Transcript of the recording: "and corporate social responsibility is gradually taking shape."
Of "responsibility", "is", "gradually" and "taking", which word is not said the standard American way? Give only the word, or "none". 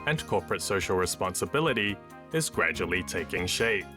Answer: none